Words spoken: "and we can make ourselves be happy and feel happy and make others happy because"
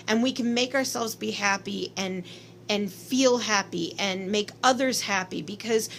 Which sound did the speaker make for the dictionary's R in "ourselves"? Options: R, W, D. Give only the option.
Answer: R